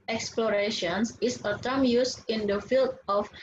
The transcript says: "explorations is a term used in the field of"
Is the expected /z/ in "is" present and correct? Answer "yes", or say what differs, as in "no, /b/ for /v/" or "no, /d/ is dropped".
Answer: no, /s/ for /z/